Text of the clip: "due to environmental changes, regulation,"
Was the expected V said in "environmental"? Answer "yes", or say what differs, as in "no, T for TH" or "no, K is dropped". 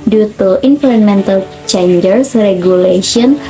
no, F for V